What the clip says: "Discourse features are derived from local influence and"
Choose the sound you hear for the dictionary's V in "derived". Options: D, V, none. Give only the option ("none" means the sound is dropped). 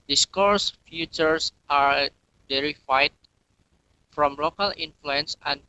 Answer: none